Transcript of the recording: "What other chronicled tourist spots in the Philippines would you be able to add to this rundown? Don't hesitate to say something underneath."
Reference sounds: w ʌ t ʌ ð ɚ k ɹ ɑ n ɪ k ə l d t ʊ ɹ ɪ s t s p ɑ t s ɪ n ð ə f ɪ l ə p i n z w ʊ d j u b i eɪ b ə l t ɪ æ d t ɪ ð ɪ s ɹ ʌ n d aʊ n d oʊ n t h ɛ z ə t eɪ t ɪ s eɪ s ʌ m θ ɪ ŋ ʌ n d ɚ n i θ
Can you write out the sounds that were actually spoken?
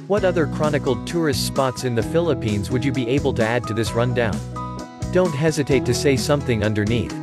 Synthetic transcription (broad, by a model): w ʌ t ʌ ð ɚ k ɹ ɑ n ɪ k l t ʊ ɹ ɪ s t s p ɑ t s ɪ n ð ə f ɪ l ə p i n z w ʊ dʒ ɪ b i eɪ b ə l t ɪ æ d t ɪ ð ɪ s ɹ ʌ n d aʊ n d oʊ n t h ɛ z ə t eɪ t ɪ s eɪ s ʌ m θ ɪ ŋ ʌ n d ɚ n i θ